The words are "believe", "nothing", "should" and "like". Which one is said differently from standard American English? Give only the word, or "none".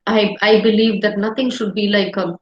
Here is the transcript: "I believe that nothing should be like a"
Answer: nothing